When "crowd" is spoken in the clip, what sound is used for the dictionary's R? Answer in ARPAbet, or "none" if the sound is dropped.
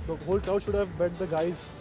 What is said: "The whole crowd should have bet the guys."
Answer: none